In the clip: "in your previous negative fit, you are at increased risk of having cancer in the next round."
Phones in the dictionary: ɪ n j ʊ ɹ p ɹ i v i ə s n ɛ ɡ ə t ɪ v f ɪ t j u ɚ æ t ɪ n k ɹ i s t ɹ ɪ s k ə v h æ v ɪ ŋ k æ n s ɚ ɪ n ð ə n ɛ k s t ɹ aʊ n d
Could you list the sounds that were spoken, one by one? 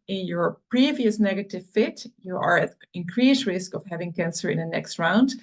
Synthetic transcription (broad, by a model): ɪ n j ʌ ɹ p ɹ i v i ə s n ɛ ɡ ə t ɪ v f ɪ t j u ɚ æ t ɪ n k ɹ i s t ɹ ɪ s k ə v h æ v ɪ ŋ k æ n s ɚ ɪ n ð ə n ɛ k s t ɹ aʊ n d